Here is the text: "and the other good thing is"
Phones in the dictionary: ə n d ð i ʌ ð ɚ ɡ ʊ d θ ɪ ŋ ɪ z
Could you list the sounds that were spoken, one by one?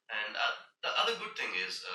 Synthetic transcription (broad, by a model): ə n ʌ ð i ʌ ð ɚ ɡ ʊ d θ ɪ ŋ ɪ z